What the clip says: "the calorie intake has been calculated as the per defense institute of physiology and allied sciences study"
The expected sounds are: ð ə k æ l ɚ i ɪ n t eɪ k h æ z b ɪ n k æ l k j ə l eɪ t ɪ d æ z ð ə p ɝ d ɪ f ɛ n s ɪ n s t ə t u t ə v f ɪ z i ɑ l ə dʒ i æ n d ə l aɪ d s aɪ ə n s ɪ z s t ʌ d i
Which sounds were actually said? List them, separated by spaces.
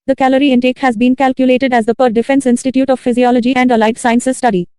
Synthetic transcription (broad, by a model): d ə k æ l ɚ i ɪ n t eɪ k h æ z b ɪ n k æ l k j ə l eɪ t ɪ d æ z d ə p ɝ d ɪ f ɛ n s ɪ n s t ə t u t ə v f ɪ z i ɑ l ə dʒ i æ n d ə l aɪ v s aɪ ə n s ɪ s t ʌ d i